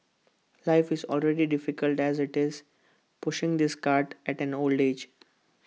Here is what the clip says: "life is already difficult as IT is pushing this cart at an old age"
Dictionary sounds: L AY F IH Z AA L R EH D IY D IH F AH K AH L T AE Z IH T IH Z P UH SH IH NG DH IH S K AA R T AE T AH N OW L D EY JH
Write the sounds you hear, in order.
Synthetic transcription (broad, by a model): L AY F IH Z AA L R EH D IY D IH F AH K AH L T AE Z IH T IH Z P UH SH IH NG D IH S K AA R T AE T AH N OW L D EY JH